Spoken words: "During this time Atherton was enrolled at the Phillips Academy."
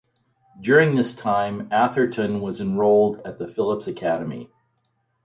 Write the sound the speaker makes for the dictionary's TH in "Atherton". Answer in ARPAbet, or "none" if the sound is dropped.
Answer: TH